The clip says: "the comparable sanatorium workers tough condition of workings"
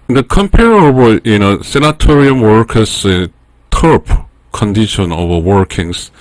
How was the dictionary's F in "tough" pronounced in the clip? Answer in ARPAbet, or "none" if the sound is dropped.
P